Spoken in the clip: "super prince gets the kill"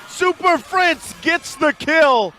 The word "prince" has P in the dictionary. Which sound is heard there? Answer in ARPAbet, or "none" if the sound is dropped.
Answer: F